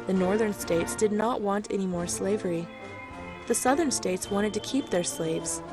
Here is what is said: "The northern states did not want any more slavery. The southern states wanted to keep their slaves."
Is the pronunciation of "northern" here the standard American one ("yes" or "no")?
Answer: yes